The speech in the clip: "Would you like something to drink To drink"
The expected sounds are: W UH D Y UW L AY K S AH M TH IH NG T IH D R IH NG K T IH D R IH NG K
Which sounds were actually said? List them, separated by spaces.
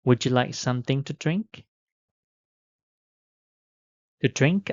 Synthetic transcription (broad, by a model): W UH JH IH L AY K S AH M TH IH NG T IH D R IH NG K T IH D R IH NG K